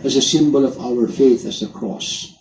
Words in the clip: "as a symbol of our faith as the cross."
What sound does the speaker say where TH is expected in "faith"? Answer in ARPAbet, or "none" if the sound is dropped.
TH